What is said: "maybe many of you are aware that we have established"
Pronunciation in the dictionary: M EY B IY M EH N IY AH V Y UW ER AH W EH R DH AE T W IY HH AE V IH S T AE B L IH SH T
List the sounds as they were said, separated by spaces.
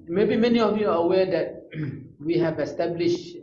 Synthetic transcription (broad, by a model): M EY B IY M EH N IY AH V Y UW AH W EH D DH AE T W IY HH AE V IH S T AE B L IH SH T